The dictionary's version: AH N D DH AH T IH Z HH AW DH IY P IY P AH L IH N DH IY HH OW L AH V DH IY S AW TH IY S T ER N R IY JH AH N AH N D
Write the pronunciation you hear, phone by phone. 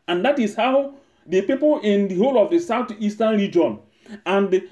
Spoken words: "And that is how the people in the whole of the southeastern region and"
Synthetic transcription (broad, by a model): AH N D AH T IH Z HH AW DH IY P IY P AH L IH N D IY HH OW L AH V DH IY S AW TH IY S T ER N R IY JH AH N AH N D